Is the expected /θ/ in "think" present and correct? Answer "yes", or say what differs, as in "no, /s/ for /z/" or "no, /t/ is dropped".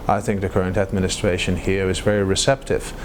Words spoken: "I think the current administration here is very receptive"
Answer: yes